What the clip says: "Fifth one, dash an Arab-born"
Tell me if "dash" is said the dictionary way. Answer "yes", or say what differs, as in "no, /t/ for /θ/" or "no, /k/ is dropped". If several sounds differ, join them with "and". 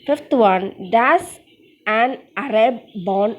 no, /s/ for /ʃ/